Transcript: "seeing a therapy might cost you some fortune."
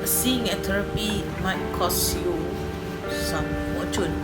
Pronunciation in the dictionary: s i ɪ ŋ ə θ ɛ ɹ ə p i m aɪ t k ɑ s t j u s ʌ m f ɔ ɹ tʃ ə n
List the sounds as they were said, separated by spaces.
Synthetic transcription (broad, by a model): s i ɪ ŋ ə t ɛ ɹ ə p i m aɪ t k ɑ s j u s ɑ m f ɔ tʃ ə n